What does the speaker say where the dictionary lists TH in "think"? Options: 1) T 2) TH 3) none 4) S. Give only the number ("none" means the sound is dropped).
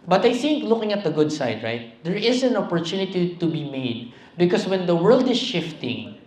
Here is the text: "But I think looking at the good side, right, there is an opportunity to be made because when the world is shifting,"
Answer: 2